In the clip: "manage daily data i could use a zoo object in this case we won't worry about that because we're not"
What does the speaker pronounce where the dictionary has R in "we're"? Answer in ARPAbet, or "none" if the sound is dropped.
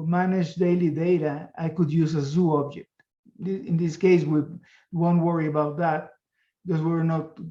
R